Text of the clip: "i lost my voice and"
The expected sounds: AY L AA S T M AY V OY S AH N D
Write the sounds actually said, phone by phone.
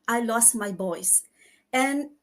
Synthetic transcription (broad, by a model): AY L AA S T M AY B OY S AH N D